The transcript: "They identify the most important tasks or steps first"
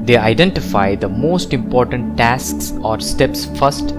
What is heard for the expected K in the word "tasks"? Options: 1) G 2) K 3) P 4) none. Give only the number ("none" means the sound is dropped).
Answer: 2